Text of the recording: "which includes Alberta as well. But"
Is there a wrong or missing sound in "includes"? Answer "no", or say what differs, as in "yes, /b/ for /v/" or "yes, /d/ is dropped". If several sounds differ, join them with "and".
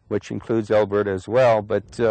no